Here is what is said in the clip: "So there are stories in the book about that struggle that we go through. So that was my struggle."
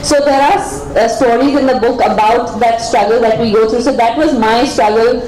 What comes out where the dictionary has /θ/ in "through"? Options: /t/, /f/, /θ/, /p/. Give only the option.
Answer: /t/